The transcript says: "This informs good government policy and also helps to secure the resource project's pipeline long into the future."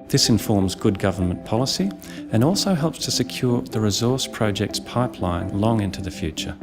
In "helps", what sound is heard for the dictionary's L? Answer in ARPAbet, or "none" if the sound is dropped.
L